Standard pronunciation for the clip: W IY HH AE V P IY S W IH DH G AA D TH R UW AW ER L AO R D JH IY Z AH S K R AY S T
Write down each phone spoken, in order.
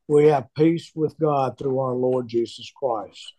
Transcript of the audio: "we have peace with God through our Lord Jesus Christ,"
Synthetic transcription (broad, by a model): W IY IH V P IY S W IH DH G AA D TH R UW AW ER L AO R D JH IY Z AH S K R AY S T